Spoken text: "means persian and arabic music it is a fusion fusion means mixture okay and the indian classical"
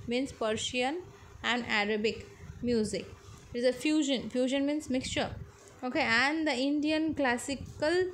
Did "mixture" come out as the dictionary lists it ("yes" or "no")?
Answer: yes